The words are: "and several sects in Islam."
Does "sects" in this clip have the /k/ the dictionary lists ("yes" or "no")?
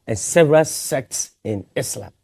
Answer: yes